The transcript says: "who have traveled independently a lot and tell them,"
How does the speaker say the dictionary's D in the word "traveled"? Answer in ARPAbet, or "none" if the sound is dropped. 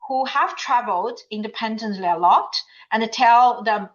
D